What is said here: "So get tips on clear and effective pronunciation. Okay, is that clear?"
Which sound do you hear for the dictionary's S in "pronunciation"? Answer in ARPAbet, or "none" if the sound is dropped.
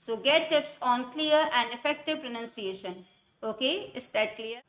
S